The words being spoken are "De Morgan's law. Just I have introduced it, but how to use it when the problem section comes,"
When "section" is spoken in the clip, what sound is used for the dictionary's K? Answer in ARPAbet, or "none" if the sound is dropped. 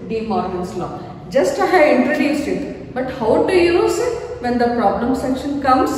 K